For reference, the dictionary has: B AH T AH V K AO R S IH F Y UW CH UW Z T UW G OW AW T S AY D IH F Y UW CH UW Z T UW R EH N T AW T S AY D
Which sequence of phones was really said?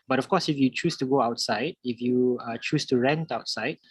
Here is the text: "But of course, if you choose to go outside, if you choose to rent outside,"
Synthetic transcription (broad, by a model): B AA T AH F K AO S IH F Y UW CH UW S T UW G OW AW T S AY D IH F Y UW CH UW S T UW R EH N T AW T S AY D